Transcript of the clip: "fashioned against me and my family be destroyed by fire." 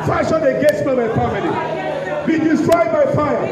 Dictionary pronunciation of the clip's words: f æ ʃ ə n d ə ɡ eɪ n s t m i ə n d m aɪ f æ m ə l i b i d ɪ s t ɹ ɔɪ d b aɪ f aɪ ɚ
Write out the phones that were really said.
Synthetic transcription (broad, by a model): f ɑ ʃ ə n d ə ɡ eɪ s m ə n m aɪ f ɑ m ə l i b i d ɪ s t ɹ ɔɪ d b aɪ f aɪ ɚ